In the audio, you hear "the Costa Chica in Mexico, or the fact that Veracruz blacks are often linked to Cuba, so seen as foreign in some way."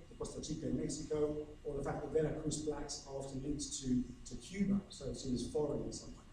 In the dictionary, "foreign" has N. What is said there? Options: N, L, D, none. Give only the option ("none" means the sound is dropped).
none